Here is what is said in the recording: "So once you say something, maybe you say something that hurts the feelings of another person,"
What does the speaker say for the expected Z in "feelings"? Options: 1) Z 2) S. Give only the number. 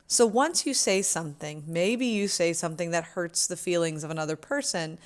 1